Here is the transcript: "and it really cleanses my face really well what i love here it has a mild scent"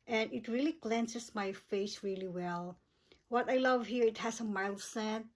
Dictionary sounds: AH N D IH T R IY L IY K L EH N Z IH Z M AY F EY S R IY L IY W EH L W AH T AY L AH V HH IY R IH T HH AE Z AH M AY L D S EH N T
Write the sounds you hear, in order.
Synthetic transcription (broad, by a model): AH N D IH T R IY L IY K L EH N S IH S M AY F EY S R IY L IY W EH L W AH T AY L AH V HH IY R IH T HH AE S AH M AY L S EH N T